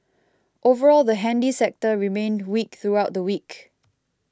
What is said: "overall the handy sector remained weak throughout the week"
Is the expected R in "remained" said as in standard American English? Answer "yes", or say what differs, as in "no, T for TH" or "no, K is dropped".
yes